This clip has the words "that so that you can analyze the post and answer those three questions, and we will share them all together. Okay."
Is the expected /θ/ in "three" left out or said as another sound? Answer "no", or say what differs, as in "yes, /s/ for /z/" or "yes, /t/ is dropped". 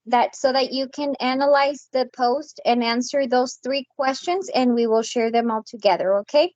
no